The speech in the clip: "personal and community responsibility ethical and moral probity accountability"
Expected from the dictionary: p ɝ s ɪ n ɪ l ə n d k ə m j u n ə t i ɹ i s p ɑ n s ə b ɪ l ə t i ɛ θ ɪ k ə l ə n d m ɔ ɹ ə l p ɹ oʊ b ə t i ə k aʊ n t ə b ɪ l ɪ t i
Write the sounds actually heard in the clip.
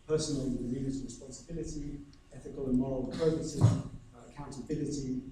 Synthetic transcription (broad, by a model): p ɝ s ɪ n l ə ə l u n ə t ɹ i s p ɑ n s ə b ɪ l ə t i ɛ θ ɪ k ə l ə n m ɔ ɹ ə l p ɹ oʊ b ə s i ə k aʊ n t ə b ɪ l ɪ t i